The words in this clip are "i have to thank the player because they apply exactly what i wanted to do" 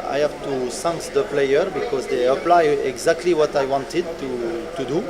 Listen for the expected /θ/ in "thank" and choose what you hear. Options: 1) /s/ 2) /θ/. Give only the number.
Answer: 1